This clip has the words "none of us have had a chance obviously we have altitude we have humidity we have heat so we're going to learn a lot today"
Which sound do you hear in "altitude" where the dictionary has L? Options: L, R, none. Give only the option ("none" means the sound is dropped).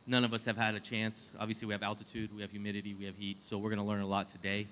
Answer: L